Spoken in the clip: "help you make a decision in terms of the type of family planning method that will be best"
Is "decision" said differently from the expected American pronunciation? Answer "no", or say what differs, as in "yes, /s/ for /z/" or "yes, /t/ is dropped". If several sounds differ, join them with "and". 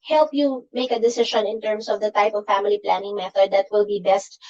yes, /ʃ/ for /ʒ/